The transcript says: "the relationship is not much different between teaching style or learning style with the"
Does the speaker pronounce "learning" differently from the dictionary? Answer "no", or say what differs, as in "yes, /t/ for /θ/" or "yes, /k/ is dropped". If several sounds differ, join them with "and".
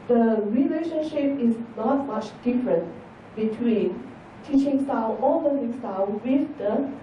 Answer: yes, /n/ is dropped